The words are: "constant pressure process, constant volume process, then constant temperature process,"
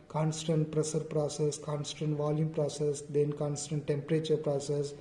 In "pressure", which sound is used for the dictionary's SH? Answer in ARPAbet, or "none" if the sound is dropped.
S